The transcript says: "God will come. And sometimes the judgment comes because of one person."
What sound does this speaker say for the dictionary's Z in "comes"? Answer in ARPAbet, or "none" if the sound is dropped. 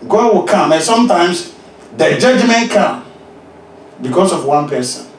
none